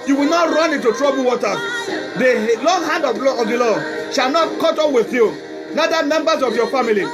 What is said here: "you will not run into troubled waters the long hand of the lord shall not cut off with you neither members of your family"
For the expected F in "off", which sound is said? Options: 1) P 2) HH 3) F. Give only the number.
1